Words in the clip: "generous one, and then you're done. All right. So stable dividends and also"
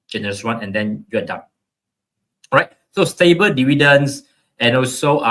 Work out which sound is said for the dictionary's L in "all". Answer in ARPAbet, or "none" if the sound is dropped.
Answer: N